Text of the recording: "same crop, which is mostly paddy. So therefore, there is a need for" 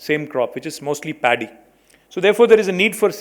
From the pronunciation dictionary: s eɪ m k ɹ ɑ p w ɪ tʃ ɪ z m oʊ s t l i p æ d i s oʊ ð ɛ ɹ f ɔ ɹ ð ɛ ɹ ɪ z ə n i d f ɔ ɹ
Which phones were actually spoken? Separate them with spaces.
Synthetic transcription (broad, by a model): s eɪ m k ɹ ɑ p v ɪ tʃ ɪ z m oʊ s t l i p æ d i s oʊ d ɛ ɹ f ɔ ɹ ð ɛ ɹ ɪ z ə n i d f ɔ ɹ